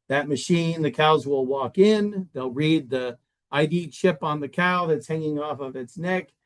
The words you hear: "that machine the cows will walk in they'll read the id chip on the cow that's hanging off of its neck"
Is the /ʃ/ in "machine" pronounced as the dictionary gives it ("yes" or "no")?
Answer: yes